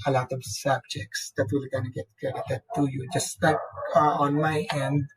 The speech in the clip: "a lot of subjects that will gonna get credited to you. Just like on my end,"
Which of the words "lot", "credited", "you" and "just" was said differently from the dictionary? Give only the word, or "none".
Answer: credited